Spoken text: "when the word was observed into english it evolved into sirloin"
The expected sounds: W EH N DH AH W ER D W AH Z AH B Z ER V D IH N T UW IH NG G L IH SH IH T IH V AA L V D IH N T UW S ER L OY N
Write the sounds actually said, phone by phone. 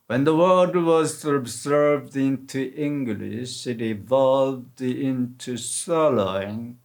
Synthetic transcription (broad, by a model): W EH N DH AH W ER D W AH Z AH B Z ER V D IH N T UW IH NG G L IH SH IH T IH V AA L V D IH N T UW S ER L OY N